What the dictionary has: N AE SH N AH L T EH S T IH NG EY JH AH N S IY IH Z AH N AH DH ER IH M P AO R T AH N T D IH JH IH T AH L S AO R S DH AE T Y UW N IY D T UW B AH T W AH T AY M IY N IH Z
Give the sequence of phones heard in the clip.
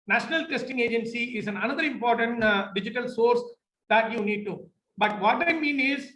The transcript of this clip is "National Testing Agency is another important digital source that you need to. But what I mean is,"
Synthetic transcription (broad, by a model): N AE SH N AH L T EH S T IH NG EY JH AH N S IY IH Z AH N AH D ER IH M P AO R T AH N T D IH JH IH T AH L S AO R S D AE T Y UW N IY D T UW B AH T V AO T AY M IY N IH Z